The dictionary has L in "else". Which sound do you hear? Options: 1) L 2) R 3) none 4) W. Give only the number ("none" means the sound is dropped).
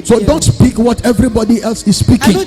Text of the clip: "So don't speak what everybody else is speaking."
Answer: 1